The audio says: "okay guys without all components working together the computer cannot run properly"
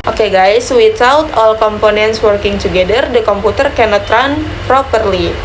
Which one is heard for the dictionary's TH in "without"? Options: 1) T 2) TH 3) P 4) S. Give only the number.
1